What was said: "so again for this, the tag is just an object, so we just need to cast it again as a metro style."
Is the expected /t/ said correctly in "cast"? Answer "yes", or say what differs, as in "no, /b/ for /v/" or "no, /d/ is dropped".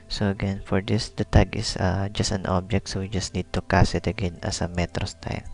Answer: no, /t/ is dropped